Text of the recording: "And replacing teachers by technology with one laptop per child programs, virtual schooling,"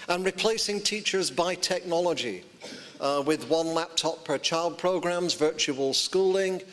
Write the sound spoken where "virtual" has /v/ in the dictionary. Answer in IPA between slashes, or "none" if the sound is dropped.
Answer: /v/